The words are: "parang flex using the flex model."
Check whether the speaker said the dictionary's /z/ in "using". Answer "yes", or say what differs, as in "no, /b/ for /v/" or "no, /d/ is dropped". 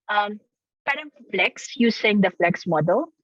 no, /s/ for /z/